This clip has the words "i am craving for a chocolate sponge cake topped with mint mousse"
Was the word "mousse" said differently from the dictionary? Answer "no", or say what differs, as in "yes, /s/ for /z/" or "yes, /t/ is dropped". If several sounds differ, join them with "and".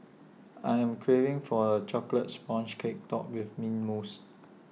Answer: no